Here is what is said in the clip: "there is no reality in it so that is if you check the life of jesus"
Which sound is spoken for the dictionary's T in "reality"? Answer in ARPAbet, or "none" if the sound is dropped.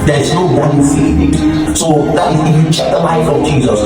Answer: S